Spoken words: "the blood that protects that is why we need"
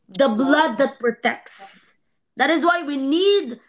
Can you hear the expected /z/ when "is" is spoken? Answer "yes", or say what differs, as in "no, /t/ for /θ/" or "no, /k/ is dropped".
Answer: yes